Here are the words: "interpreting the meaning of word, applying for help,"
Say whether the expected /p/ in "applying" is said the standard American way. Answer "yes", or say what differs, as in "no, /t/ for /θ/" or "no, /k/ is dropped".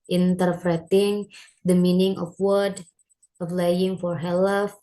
no, /f/ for /p/